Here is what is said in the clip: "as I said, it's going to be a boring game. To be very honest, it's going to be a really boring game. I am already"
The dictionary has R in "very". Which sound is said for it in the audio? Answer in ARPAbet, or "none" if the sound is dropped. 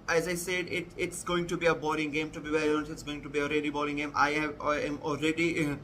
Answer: none